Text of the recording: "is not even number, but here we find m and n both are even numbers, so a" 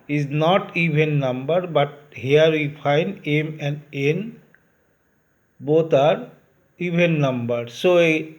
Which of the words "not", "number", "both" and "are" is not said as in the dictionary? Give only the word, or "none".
both